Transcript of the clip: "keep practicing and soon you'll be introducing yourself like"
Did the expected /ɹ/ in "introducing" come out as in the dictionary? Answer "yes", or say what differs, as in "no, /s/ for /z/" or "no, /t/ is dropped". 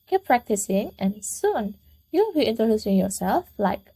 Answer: yes